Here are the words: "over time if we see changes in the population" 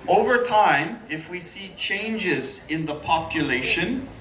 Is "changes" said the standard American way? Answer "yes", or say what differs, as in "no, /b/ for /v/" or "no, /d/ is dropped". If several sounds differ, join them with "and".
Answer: yes